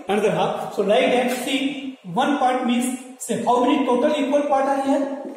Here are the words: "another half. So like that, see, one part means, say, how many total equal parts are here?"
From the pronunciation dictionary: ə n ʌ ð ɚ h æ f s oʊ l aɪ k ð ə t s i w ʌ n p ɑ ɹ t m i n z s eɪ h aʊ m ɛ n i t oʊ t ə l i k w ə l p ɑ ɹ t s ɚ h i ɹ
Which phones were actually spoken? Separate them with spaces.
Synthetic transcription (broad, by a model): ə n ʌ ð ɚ h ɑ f s oʊ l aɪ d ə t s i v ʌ n p ɑ ɹ t m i n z s eɪ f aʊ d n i t oʊ t ə l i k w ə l p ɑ ɹ t ɑ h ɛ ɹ